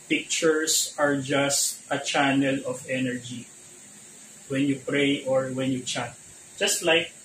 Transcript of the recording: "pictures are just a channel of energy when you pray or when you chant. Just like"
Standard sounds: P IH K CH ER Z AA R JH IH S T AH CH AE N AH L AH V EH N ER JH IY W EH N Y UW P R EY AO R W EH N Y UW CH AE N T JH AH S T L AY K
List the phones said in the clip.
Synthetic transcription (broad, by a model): P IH K CH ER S AA R JH IH S T AH CH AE N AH L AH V EH N ER JH IY W EH N Y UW P R EY AO R W EH N Y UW CH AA T JH AH S T L AY K